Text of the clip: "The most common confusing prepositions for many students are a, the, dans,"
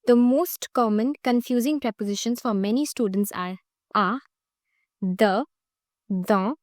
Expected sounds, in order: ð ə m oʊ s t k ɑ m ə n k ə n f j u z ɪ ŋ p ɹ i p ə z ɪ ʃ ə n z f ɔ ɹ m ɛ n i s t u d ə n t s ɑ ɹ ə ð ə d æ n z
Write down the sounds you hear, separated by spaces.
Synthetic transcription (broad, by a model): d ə m oʊ s t k ɑ m ə n k ə n f j u z ɪ ŋ p ɹ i p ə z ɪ ʃ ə n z f ɔ ɹ m ɛ n i s t u d ə n t s ɑ ɹ ə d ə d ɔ